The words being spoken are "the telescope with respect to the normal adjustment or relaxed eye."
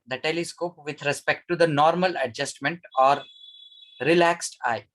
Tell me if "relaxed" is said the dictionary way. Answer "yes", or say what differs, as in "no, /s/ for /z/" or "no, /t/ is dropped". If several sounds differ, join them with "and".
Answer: yes